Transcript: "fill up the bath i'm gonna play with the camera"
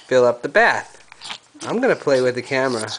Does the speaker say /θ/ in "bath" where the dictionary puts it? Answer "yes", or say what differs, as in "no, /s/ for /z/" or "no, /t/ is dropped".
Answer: yes